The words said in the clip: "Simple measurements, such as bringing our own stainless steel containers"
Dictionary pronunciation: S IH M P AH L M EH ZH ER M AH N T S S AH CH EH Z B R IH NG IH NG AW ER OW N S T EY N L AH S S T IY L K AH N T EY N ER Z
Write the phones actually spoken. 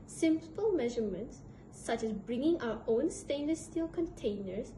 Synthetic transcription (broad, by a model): S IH M P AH L M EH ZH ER M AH N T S S AH CH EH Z B R IH NG IH NG AW ER OW N S T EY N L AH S S T IY L K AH N T EY N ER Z